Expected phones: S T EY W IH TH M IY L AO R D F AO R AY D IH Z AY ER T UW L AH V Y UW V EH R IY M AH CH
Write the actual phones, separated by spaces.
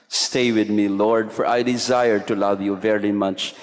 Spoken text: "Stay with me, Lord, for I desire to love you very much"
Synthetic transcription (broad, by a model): S T EY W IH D M IY L AO R D F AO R AY D IH Z AY ER T UW L AH V Y UW V EH R IY M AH CH